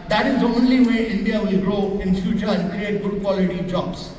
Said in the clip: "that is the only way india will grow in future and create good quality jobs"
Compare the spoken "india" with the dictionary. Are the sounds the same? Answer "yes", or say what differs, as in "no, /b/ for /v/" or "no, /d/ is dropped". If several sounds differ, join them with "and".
yes